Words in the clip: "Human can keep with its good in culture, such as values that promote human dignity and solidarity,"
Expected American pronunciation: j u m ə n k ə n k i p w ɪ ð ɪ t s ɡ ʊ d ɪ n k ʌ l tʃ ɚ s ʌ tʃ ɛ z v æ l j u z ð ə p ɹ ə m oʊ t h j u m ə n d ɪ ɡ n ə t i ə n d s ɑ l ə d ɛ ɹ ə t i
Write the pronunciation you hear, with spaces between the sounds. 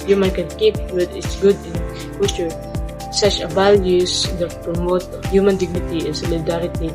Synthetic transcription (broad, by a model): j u m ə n k ə n k i p w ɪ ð ɪ t s ɡ ʊ d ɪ n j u tʃ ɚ s ʌ tʃ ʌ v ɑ l j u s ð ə p ɹ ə m oʊ t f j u m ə n d ɪ ɡ n ə t i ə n s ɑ l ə d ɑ ɹ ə t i